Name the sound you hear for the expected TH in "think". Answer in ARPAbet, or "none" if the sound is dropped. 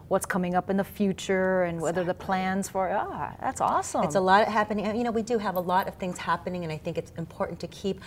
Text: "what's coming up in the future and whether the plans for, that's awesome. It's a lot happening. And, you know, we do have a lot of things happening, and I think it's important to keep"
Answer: TH